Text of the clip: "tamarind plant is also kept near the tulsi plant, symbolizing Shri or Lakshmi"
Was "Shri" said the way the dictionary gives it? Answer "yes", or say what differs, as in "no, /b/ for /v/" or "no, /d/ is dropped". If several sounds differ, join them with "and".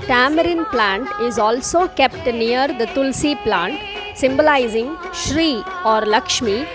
yes